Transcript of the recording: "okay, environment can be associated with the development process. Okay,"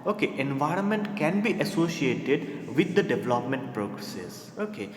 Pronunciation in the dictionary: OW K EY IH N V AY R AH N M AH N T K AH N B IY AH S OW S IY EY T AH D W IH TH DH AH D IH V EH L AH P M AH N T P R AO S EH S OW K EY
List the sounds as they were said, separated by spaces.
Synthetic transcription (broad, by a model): OW K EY IH N V AY R AH N M AH N T K AH N B IY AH S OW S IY EY T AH D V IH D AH D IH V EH L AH P M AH N T P R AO S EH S OW K EY